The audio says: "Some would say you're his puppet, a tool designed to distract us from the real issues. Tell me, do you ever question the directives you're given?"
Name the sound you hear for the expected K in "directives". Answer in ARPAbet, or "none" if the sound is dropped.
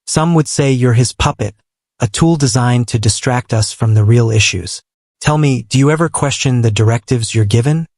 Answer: K